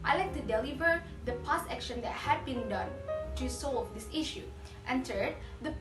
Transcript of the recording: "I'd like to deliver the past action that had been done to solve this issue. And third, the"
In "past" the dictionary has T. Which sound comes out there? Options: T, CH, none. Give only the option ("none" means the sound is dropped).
none